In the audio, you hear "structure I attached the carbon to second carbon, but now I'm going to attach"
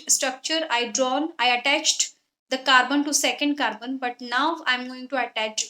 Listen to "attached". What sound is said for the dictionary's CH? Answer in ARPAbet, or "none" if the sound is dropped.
CH